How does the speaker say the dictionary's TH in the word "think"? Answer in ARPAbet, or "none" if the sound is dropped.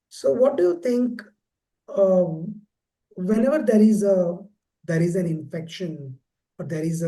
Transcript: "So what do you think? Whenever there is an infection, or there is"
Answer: T